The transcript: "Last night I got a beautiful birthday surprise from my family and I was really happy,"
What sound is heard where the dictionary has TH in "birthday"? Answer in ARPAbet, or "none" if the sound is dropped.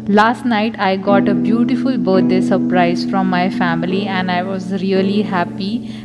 T